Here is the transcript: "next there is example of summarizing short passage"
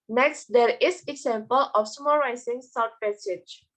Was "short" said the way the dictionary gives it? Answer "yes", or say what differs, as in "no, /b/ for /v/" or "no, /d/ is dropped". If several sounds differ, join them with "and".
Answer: no, /s/ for /ʃ/